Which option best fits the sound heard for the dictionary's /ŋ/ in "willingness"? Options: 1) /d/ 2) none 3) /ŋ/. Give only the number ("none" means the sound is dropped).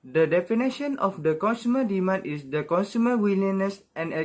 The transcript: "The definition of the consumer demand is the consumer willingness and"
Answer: 2